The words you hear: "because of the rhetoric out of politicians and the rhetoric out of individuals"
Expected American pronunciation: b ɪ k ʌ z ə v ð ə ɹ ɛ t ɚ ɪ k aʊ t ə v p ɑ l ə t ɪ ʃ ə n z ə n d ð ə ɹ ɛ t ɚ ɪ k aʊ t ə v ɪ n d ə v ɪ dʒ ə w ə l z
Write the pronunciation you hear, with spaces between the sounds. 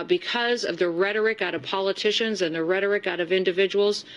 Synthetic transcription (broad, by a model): b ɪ k ʌ z ə v ð ə ɹ ɛ t ɚ ɪ k aʊ t ə v p ɑ l ə t ɪ ʃ ə n z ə n ð ə ɹ ɛ t ɚ ɪ k aʊ t ə v ɪ n d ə v ɪ dʒ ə w l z